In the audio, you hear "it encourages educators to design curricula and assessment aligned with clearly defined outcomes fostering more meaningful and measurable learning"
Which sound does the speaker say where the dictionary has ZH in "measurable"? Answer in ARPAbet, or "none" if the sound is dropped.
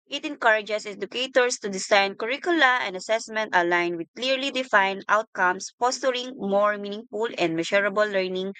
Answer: SH